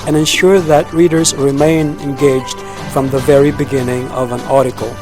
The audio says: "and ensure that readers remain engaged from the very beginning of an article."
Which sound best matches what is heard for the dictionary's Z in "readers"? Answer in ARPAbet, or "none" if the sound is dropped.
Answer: Z